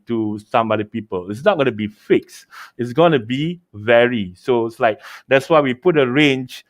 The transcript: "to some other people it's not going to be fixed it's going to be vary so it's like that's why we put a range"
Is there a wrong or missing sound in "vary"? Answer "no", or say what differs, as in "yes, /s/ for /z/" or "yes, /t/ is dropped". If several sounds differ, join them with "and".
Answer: no